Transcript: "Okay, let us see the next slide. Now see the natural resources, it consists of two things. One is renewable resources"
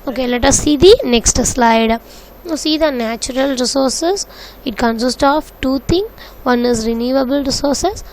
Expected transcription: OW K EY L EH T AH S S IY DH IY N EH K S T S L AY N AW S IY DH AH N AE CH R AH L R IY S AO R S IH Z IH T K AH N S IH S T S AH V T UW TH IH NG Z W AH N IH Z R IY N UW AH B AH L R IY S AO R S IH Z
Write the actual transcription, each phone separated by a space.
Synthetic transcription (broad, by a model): OW K EY L EH T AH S S IY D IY N EH K S T S L AY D S IY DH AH N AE CH R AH L R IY S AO R S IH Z IH T K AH N S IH S T AH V T UW T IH NG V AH N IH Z R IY N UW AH B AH L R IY S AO R S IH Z